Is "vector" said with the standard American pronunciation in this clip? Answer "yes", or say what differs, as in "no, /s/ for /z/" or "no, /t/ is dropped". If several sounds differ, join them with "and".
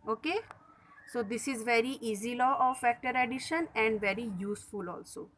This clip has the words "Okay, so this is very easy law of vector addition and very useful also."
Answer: no, /f/ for /v/